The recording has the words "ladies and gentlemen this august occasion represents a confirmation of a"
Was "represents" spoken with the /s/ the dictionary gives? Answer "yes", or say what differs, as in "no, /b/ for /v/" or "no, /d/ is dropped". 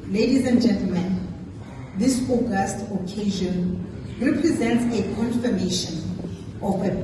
yes